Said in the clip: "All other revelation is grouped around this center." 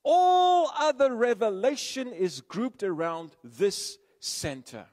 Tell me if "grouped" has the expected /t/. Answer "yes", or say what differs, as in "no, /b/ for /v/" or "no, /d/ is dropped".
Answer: yes